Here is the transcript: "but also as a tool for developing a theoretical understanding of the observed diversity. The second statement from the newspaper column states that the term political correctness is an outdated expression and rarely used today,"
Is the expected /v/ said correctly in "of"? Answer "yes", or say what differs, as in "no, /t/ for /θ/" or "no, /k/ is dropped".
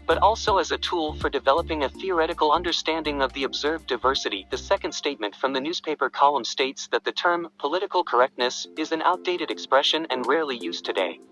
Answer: yes